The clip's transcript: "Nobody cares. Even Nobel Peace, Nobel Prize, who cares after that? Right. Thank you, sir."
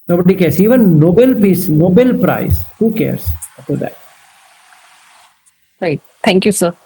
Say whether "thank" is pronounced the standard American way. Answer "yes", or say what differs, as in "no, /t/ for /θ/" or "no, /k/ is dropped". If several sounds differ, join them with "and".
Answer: no, /t/ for /θ/